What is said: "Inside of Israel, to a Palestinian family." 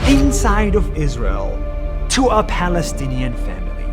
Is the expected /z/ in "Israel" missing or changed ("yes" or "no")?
no